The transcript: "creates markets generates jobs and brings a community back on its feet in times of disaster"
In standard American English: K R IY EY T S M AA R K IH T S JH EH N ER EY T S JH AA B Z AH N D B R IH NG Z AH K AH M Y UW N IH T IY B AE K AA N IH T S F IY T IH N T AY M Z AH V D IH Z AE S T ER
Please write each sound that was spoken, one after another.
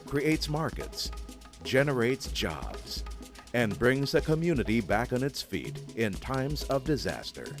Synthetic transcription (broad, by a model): K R IY EY T S M AA R K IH T S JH EH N ER EY T S JH AA B Z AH N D B R IH NG Z AH K AH M Y UW N IH T IY B AE K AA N IH T S F IY T IH N T AY M Z AH V D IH Z AE S T ER